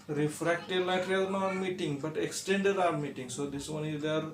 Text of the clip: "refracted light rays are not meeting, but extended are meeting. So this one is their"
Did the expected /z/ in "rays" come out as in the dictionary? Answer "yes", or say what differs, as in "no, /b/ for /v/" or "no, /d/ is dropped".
no, /z/ is dropped